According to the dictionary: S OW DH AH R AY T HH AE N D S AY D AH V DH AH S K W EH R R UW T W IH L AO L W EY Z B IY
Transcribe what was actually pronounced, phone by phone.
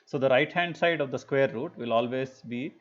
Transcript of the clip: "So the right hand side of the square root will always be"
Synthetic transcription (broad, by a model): S OW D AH R AY T HH AE N D S AY D AH V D AH S K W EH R R UW T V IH L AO L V EY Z B IY